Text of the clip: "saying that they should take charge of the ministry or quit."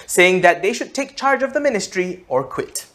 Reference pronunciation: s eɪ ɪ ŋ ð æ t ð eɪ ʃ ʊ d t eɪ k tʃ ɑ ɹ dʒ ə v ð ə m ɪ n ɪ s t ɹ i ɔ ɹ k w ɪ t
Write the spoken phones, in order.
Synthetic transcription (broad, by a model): s eɪ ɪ ŋ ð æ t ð eɪ ʃ ʊ d t eɪ k tʃ ɑ ɹ dʒ ə v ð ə m ɪ n ɪ s t ɹ i ɔ ɹ k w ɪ t